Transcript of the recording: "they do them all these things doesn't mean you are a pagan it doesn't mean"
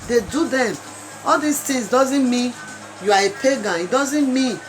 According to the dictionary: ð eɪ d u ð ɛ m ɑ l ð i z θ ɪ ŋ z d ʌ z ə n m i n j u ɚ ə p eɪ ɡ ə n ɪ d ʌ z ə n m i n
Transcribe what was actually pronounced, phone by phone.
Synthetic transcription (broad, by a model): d eɪ d u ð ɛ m ɑ l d i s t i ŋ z d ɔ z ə n m i n j u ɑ ə p eɪ ɡ ə n ɪ d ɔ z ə n m i n